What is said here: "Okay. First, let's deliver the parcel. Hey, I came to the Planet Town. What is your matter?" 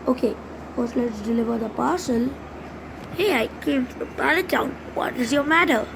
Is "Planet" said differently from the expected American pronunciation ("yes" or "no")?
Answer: yes